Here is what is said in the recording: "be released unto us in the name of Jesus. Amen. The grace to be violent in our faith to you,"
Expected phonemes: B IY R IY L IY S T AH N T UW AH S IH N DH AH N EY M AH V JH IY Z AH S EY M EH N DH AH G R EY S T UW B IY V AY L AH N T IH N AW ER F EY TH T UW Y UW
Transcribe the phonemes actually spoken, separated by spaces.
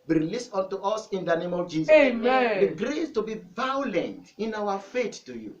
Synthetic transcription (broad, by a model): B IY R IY L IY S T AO N T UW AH S IH N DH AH N EY M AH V JH IY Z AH EY M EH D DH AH G R EY S T UW B IY V AY L AH N T IH N AW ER F EY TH T UW Y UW